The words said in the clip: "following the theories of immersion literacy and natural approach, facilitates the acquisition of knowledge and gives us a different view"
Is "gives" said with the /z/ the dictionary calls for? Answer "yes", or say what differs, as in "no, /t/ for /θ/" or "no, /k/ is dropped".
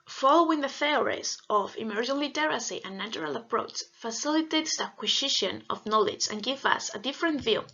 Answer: no, /z/ is dropped